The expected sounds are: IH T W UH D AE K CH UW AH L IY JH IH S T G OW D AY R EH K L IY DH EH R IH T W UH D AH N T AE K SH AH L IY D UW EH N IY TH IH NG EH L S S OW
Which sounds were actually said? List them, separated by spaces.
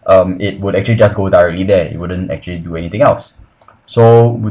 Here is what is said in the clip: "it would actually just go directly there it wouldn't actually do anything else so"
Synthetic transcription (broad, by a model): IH T W UH D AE K CH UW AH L IY JH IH S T G OW D AY R EH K L IY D EH IH T W UH D AH N T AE K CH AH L IY D UW EH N IY T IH NG EH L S S OW